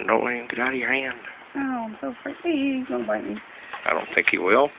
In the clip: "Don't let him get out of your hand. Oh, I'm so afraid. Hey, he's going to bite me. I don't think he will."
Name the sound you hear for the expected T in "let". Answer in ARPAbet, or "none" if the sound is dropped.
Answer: none